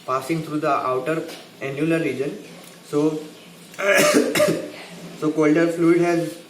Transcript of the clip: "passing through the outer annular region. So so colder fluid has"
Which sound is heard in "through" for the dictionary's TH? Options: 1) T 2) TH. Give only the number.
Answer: 1